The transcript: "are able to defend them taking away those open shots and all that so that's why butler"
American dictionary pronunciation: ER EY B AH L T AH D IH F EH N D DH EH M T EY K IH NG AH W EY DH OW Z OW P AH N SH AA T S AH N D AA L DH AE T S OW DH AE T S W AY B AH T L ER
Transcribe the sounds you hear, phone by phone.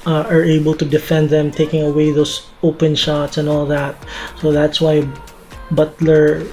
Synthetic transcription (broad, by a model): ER EY B AH L T AH D IH F EH N D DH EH M T EY K IH NG AH W EY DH OW S OW P AH N SH AA T S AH N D AA L DH AE T S OW DH AE T S W AY B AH T L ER